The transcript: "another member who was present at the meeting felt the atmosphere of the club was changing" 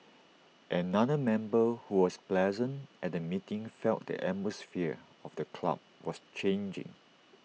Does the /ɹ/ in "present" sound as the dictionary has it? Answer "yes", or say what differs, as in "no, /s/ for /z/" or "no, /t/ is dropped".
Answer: no, /l/ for /ɹ/